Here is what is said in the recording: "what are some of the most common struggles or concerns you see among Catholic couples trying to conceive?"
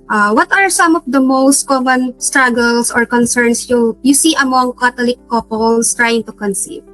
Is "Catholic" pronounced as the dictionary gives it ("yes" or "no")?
no